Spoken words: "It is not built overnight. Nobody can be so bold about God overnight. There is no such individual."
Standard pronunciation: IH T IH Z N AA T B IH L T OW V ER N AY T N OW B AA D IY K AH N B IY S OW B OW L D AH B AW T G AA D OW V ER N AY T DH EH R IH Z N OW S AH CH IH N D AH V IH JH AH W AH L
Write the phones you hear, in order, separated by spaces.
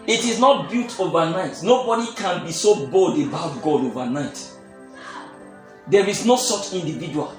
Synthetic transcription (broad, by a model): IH T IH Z N AA T B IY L T OW V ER N AY T N OW B AA D IY K AH N B IY S OW B OW L D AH B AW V G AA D OW V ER N AY T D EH R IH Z N OW S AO CH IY N D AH V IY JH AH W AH L